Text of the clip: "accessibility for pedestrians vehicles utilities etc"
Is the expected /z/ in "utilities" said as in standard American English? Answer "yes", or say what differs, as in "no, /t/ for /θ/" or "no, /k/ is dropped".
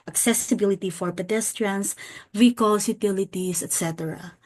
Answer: no, /s/ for /z/